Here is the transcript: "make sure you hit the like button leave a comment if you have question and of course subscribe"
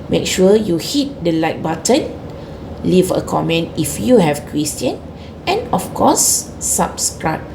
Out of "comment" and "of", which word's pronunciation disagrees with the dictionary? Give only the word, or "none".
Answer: of